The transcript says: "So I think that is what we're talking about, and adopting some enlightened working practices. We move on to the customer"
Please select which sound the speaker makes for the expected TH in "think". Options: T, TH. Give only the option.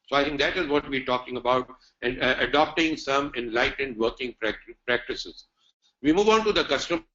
T